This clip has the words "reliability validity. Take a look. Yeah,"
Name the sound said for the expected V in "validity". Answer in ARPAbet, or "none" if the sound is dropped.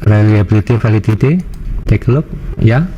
F